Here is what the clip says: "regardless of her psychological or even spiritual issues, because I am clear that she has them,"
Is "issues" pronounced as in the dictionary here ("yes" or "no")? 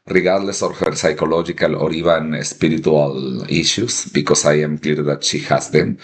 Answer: no